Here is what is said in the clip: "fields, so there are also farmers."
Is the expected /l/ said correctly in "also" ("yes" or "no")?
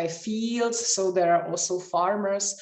yes